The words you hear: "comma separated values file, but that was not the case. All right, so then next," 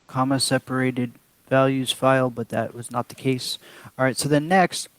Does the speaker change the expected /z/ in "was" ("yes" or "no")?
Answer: no